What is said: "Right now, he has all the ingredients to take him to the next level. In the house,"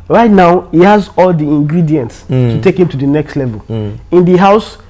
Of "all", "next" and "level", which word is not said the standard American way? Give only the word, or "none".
none